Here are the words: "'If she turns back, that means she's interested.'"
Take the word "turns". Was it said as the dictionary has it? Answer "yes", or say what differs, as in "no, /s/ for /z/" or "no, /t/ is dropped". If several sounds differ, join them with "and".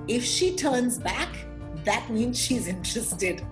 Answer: yes